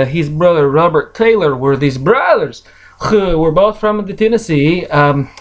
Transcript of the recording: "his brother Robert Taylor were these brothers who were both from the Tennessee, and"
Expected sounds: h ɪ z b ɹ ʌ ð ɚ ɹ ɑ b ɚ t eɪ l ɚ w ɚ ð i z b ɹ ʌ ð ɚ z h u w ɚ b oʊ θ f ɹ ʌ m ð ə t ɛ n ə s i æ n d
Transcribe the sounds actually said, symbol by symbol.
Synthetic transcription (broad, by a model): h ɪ z b ɹ ʌ ð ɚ ɹ ɑ b ɚ t eɪ l ɚ w ɚ ð i z b ɹ ʌ ð ɚ z h u w ɚ b oʊ θ f ɹ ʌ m ð ə t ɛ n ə s i